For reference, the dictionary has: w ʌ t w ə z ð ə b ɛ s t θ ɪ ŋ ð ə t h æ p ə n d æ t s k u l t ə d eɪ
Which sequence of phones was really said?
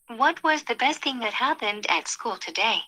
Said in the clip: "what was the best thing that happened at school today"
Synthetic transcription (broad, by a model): w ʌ t w ə z ð ə b ɛ s t θ ɪ ŋ ð ə t h æ p ə n d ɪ t s k u l t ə d eɪ